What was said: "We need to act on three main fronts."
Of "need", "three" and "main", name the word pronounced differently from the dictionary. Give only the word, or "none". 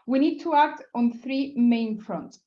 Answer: none